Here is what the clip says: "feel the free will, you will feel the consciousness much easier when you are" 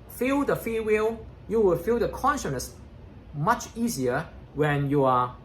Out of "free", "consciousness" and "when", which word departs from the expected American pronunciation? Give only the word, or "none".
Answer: free